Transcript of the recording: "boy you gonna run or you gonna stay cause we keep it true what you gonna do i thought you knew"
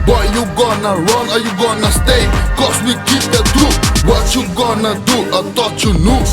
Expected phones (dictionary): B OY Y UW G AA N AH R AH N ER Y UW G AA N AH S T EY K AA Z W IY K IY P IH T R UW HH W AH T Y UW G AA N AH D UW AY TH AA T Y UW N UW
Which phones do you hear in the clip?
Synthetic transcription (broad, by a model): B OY Y UW G AA N AH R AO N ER Y UW G AA N AH S T EY K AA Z W IY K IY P IH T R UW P W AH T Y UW G AA N AH D UW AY T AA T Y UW N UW